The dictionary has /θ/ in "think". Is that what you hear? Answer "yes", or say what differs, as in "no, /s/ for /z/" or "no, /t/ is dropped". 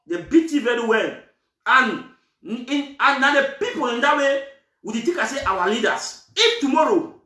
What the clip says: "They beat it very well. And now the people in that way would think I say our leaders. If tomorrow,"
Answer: no, /t/ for /θ/